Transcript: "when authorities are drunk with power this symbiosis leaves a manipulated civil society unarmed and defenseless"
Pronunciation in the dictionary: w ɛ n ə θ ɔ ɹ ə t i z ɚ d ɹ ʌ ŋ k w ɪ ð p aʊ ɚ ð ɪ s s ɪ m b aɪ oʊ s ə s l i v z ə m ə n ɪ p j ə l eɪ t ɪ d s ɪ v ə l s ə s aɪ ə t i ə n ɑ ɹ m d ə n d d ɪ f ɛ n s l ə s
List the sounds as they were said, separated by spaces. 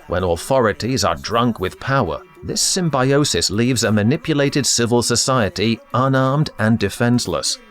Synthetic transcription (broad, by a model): w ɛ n ə θ ɔ ɹ ə t i z ɚ d ɹ ʌ ŋ k w ɪ ð p aʊ ɚ ð ɪ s s ɪ m b aɪ oʊ s ə s l i v z ə m ə n ɪ p j ə l eɪ t ɪ d s ɪ v ə l s ə s aɪ ə t i ə n ɑ ɹ m d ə n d d ɪ f ɛ n s l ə s